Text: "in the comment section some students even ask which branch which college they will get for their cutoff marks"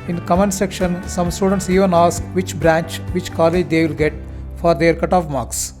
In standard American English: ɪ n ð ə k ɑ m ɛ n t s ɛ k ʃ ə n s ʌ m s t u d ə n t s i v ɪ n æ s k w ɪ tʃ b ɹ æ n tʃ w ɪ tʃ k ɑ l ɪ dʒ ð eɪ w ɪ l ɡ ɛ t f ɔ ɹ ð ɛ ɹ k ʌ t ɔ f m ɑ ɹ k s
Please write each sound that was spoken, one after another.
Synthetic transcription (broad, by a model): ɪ n k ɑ m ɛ n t s ɛ k ʃ ə n s ʌ m s t u d ə n t s i v ɪ n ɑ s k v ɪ tʃ b ɹ æ n tʃ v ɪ tʃ k ɑ l ɪ dʒ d eɪ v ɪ l ɡ ɛ t f ɔ ɹ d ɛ ɹ k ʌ t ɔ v m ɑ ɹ k s